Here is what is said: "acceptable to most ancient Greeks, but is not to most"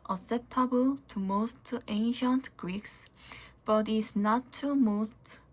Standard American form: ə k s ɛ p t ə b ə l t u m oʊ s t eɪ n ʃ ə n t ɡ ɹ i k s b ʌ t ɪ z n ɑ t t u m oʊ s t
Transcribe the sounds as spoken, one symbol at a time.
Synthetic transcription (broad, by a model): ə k s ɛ p t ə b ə l t u m oʊ s t eɪ n ʃ ə n t ɡ ɹ i k s b ʌ t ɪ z n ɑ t t u m oʊ s t